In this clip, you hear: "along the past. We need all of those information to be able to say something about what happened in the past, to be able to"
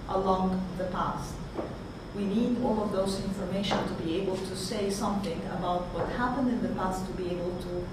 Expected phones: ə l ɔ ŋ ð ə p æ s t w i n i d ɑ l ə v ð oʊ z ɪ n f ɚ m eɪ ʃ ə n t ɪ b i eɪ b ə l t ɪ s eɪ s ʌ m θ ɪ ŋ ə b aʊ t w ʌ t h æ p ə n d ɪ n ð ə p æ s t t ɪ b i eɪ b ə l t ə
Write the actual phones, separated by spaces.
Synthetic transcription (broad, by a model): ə l ɔ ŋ ð ə p æ s t w i n i d ɑ l ə v ð oʊ z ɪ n f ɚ m eɪ ʃ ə n t ɪ b i eɪ b ə l t ɪ s eɪ s ʌ m θ ɪ ŋ ə b aʊ t w ʌ t h æ p ə n d ɪ n ð ə p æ s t t ɪ b i eɪ b ə l t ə